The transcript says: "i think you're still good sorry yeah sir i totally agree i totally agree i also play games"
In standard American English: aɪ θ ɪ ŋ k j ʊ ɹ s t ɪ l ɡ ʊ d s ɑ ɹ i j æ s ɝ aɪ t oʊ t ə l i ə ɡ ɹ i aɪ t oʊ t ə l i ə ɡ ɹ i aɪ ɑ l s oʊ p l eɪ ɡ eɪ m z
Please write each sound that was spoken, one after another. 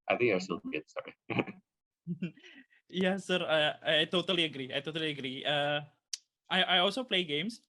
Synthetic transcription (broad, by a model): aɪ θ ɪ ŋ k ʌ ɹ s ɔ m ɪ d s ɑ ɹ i j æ s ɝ aɪ t oʊ t ə l i ə ɡ ɹ i aɪ t oʊ t ə l i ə ɡ ɹ i aɪ ɑ l s oʊ p l eɪ ɡ eɪ m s